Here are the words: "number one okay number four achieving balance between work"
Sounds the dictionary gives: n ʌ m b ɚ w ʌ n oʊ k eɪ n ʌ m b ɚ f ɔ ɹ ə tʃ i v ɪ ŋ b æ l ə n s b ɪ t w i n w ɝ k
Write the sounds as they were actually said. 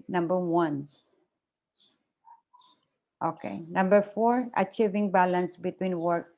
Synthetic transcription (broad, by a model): n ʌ m b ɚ w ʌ n oʊ k eɪ n ʌ m b ɚ f ɔ ɹ ə tʃ i v ɪ ŋ b æ l ə n s b ɪ t w i n w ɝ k